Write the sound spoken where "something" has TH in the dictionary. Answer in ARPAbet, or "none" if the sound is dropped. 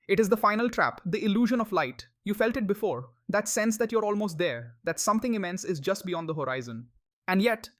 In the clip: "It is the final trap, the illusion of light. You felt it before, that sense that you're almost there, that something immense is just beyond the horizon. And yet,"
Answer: T